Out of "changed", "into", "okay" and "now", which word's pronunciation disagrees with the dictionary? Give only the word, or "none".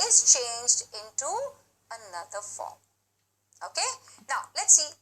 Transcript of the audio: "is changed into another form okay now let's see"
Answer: none